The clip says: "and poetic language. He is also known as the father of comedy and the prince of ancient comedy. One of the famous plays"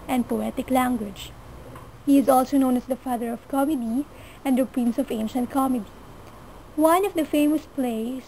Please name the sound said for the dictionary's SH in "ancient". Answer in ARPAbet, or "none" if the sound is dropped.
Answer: SH